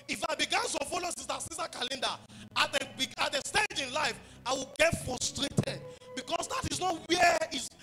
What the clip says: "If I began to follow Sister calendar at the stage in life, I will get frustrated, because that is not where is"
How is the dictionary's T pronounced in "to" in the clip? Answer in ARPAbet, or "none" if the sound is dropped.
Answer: S